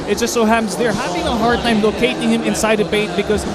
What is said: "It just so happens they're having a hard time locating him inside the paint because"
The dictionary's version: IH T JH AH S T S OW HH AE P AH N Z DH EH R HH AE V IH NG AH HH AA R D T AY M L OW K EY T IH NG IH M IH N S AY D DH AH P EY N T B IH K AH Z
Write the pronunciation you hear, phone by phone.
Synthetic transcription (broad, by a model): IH T JH AH S T S OW HH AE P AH N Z DH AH R HH AE V IH NG AH HH AA R D T AY M L OW K EY T IH NG IH M IH N S AY D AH B EY T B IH K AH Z